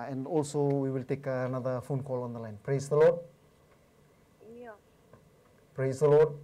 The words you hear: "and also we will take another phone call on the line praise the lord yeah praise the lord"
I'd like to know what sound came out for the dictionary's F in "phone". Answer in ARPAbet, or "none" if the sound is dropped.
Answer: F